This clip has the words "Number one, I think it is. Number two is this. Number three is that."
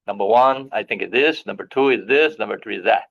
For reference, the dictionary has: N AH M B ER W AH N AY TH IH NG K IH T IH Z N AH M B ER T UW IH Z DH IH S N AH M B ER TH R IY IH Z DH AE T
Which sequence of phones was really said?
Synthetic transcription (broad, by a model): N AH M B ER W AH N AY TH IH NG K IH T IH S N AH M B ER T UW IH Z DH IH S N AH M B ER TH R IY IH Z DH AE T